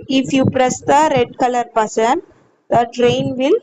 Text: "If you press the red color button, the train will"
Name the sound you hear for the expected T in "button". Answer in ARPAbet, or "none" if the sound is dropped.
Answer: S